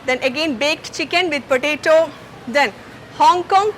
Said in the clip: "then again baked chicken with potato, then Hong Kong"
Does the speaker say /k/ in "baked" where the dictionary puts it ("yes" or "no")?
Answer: yes